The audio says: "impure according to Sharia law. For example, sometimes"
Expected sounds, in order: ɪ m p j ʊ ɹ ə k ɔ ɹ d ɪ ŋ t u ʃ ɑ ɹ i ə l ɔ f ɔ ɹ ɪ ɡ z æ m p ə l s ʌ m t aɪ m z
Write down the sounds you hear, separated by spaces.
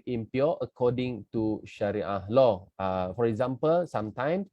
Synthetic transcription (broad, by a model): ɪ m p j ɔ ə k ɔ d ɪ ŋ t u ʃ ɑ ɹ i ə l ɔ f ɔ ɹ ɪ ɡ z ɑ m p ə l s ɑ m t aɪ m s